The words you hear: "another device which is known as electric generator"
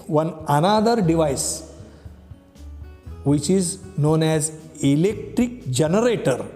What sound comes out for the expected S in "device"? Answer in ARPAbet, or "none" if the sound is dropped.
S